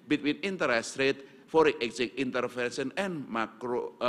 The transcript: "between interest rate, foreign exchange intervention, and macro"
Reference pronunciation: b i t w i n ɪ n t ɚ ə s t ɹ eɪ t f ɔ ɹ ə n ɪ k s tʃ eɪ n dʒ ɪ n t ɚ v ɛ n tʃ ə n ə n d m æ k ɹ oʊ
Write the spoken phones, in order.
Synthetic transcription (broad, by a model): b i t w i n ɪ n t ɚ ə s t ɹ eɪ t f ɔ ɹ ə ɪ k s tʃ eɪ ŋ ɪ n t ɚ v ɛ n ʃ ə n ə n m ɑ k ɹ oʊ